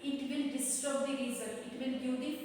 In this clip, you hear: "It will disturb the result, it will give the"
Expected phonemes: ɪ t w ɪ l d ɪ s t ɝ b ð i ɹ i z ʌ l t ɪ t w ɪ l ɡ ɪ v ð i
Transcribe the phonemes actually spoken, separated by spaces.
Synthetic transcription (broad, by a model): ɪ t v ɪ l d ɪ s t ɝ b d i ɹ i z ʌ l ɪ t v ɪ l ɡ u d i